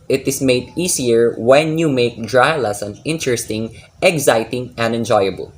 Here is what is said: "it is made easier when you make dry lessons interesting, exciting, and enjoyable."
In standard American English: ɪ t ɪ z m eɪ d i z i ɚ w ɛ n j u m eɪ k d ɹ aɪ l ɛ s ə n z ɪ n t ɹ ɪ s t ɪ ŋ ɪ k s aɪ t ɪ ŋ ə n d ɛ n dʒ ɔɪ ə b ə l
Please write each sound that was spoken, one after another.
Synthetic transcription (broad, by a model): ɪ t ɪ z m eɪ d i s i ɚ w ɛ n j u m eɪ k d ɹ aɪ l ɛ s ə n ɪ n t ɹ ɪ s t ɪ ŋ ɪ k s aɪ t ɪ ŋ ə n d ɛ n dʒ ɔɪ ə b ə l